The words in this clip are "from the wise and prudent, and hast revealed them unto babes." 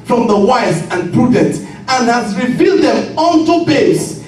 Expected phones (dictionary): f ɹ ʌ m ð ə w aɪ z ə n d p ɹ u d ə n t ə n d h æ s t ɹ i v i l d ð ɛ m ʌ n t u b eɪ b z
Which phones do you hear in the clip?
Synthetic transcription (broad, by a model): f ɹ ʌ m ð ə w aɪ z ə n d p ɹ u d ə n t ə n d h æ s ɹ i v i l d ð ɛ m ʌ n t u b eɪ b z